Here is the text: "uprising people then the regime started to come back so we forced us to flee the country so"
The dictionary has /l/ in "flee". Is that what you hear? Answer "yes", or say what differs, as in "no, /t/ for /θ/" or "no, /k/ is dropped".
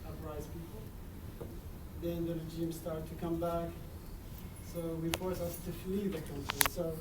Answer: yes